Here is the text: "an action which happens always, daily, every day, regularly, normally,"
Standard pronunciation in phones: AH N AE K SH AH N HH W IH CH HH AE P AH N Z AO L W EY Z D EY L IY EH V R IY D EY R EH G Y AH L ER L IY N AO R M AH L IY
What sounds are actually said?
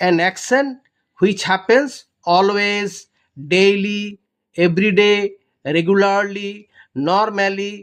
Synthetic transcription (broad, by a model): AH N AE K S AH N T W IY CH HH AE P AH N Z AO L W EY Z D EY L IY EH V R IY D EY R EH G Y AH L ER L IY N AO R M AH L IY